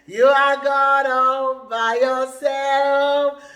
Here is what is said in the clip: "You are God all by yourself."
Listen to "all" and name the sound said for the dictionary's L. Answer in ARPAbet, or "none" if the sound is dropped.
N